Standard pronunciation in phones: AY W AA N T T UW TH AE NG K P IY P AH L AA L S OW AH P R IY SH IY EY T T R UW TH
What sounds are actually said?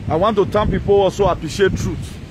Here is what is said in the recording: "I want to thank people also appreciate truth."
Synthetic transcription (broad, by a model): AY W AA N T T UW T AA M P IY P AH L AA L S OW AH P R IY SH IY EY T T R UW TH